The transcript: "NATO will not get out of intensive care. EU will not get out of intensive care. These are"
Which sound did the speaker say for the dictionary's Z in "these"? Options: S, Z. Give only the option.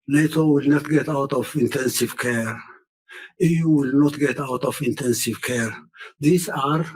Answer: S